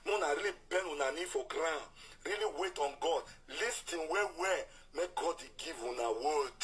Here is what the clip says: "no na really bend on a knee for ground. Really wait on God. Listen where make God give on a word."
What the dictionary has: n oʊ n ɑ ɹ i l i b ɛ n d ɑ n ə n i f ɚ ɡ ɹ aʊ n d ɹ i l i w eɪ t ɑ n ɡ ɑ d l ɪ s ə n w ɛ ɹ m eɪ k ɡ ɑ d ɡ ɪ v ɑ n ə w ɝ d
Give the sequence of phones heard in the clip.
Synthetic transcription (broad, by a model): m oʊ n ɑ ɹ i l i b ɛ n u n ə n i f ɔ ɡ ɹ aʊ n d ɹ i l i w eɪ t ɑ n ɡ ɑ d l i s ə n w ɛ w m eɪ k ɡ ɑ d ɡ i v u n ə w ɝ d